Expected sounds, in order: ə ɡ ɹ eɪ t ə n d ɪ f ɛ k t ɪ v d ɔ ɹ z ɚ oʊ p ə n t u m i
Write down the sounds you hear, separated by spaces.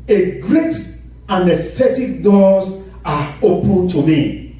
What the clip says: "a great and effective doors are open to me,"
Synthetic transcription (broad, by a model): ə ɡ ɹ eɪ t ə n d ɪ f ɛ t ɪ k d ɔ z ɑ oʊ p ə n t u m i